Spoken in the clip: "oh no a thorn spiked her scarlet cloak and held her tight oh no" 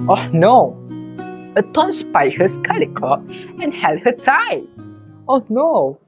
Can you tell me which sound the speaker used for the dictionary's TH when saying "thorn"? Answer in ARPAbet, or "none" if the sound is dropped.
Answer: T